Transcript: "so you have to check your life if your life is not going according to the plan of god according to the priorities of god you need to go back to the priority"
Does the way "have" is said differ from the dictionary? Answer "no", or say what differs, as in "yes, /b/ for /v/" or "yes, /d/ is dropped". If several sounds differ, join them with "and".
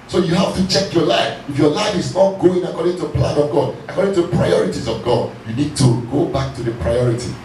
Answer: yes, /f/ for /v/